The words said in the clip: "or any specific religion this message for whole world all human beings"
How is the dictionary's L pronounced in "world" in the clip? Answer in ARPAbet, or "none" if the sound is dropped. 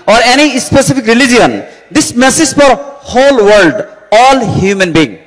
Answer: L